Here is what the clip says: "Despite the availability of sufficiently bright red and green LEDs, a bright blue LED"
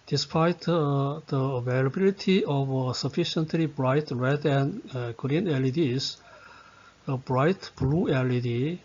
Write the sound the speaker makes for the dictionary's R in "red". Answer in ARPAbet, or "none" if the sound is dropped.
R